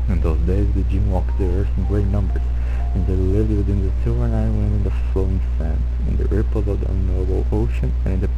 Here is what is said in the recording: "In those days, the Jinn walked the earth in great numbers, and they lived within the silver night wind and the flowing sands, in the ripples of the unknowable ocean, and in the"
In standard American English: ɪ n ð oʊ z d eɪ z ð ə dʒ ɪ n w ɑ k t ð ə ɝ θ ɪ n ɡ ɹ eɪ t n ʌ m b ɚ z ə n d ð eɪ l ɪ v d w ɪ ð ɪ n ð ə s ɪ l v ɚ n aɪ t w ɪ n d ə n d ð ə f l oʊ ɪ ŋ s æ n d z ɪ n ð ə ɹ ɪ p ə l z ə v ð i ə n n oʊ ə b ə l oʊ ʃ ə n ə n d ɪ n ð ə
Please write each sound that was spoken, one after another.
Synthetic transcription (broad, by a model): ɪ n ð oʊ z d eɪ z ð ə dʒ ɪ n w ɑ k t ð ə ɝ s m ɡ ɹ eɪ t n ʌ m b ɚ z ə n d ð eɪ l ɪ v d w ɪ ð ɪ n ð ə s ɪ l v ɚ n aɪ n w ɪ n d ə n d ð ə f l oʊ ɪ ŋ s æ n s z ɪ n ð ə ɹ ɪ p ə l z ə v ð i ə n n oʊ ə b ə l oʊ ʃ ə n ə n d ɪ n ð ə